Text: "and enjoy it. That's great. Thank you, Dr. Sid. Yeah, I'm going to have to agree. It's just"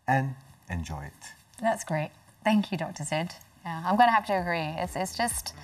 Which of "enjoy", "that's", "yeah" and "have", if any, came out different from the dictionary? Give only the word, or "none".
have